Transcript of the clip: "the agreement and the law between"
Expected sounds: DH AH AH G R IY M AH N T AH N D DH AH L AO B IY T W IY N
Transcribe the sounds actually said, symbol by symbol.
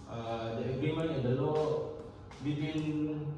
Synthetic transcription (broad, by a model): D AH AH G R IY M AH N AH N D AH L AO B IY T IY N